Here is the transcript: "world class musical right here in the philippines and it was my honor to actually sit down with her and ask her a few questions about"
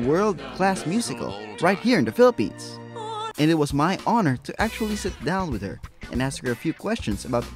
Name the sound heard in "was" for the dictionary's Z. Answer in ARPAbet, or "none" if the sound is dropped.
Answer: Z